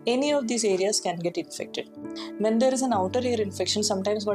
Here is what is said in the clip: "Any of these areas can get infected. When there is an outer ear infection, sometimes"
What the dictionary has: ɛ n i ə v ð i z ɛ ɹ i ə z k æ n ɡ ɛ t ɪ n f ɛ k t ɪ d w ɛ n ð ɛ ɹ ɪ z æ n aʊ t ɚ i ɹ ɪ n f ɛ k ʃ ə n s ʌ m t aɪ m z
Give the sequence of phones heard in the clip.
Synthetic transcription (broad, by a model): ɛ n i ə v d i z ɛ ɹ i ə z k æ n ɡ ɛ t ɪ n f ɛ k t ɪ d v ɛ n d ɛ ɹ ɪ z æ n aʊ t ɚ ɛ ɹ ɪ n f ɛ k ʃ ə n s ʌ m t aɪ m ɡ